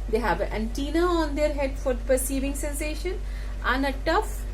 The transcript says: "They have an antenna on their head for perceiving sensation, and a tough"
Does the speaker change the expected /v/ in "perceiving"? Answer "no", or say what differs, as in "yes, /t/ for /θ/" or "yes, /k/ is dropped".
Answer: no